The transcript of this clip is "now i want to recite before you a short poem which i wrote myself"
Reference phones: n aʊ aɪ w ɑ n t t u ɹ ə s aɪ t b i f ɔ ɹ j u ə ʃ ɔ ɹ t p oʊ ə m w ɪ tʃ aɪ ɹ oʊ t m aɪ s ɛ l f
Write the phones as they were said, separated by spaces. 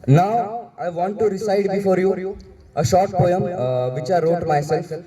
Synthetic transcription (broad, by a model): n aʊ aɪ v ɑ n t t u ɹ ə s aɪ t b i f ɔ ɹ j u ə ʃ ɔ ɹ t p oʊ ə m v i tʃ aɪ ɹ oʊ t m aɪ s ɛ l f